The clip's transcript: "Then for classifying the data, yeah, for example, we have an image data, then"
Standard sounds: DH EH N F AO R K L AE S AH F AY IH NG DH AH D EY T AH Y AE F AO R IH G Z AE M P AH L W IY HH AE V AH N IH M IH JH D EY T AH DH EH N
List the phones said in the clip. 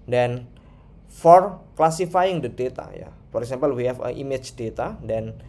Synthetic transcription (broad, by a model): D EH N F AO R K L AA S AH F AY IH NG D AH D EY T AH Y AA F AO R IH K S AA M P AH L W IY HH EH F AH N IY M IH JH D EY T AH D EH N